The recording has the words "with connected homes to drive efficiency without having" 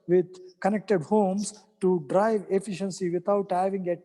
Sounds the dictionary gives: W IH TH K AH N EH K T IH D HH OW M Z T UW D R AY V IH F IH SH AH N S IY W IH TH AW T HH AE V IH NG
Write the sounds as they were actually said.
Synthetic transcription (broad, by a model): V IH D K AH N EH K T IH D HH OW M S T UW D R AY V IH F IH SH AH N S IY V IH T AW T HH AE V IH NG